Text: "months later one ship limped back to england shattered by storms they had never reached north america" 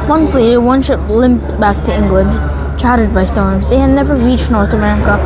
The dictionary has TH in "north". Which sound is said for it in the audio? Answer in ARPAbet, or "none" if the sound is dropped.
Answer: TH